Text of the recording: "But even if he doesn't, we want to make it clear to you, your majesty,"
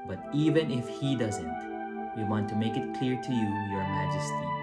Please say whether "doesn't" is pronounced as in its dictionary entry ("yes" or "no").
yes